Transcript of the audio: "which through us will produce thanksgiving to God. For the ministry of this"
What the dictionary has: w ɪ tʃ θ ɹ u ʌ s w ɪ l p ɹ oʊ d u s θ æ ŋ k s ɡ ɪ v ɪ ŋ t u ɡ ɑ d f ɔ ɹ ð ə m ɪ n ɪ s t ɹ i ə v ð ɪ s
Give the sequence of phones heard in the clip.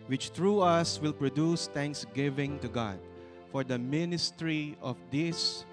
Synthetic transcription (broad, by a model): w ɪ tʃ t ɹ u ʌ s w ɪ l p ɹ oʊ d u s t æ ŋ k s ɡ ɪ v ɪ ŋ t u ɡ ɑ d f ɔ ɹ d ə m ɪ n ɪ s t ɹ i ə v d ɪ s